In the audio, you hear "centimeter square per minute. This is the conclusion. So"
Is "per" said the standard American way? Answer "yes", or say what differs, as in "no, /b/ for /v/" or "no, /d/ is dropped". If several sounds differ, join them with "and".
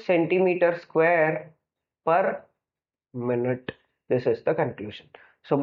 yes